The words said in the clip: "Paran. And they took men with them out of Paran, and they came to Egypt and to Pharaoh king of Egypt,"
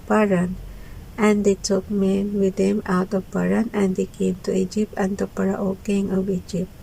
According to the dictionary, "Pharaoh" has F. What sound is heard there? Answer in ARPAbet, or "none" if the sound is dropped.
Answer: P